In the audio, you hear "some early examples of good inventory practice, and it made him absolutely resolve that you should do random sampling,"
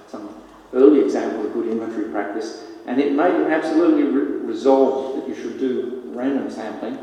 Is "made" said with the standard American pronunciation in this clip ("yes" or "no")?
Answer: no